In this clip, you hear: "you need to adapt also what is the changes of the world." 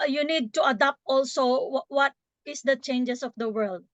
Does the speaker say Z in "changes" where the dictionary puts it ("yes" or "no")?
no